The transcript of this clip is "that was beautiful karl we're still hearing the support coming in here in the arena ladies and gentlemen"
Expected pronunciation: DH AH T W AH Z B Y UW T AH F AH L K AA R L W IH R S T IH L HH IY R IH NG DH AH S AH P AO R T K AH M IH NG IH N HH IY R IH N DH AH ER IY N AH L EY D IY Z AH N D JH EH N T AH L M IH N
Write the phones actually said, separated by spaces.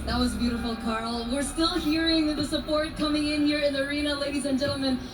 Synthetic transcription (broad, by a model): DH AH T W AH Z B Y UW T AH F L K AA R L W IH R S T IH L HH IY R IH NG DH AH S AH P AO R T K AH M IH NG IH N HH IY R IH N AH ER IY N AH L EY D IY Z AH N JH EH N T L M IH N